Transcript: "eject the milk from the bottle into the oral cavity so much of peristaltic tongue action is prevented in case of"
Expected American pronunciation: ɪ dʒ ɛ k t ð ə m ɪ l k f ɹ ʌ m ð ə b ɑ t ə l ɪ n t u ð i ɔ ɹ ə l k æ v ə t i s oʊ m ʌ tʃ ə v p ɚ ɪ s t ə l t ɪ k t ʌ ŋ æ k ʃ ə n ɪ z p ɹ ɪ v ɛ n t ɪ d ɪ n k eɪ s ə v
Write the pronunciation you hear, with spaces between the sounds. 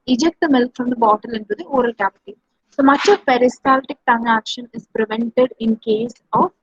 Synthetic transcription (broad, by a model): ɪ dʒ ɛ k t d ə m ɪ l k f ɹ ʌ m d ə b ɑ t ə l ɪ n t u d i ɔ ɹ ə l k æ p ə t i s oʊ m ʌ tʃ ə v p ɚ ɪ s t ə l t ɪ k t ʌ ŋ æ k ʃ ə n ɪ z p ɹ ɪ v ɛ n t ɪ d ɪ n k eɪ s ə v